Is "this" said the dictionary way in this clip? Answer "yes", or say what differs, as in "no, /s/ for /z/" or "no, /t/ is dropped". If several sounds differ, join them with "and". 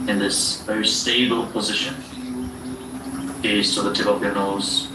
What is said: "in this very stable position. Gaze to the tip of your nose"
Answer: yes